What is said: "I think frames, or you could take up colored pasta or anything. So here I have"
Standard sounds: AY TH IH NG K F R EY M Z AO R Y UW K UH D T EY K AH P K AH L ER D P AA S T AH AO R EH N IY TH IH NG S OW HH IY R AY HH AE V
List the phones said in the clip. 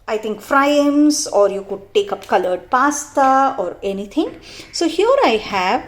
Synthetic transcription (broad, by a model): AY T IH NG K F R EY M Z AO R Y UW K UH D T EY K AH P K AH L ER D P AA S T AH AO R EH N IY T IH NG S OW HH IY R AY HH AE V